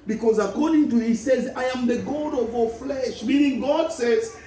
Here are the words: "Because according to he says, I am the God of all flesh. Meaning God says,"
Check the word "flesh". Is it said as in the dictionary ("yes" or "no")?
yes